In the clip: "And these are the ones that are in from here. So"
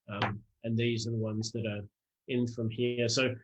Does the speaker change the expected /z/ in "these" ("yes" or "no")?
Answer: no